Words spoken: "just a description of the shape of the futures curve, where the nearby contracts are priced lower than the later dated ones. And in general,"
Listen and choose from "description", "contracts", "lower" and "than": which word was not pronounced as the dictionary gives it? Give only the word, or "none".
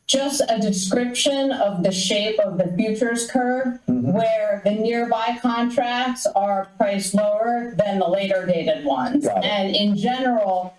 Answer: none